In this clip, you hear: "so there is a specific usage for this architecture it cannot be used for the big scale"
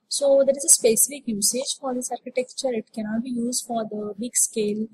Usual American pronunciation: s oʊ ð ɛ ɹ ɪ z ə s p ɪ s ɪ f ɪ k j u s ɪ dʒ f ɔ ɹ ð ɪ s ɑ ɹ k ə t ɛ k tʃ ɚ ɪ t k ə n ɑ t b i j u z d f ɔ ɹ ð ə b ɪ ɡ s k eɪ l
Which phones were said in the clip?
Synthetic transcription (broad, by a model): s oʊ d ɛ ɹ ɪ z ə s p ɪ s ɪ f ɪ k j u s ɪ dʒ f ɔ ɹ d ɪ s ɑ ɹ k ə t ɛ k tʃ ɚ ɪ t k ə n ɑ t b i j u z d f ɔ ɹ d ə b ɪ ɡ s k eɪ l